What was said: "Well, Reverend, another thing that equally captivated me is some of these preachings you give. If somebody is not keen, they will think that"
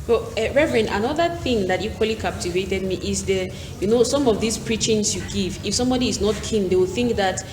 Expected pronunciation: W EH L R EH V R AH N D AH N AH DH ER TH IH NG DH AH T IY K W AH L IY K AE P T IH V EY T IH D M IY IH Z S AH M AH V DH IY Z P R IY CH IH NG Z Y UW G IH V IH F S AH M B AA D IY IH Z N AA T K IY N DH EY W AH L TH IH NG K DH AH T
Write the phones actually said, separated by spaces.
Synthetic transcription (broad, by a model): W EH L R EH V R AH N AH N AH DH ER TH IH NG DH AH T IY K W AH L IY K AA P T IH V EY T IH D M IY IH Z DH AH M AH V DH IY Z P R IY CH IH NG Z Y UW G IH V IH F S AH M B AA D IY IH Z N AA T K IY N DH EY W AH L TH IH NG K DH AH T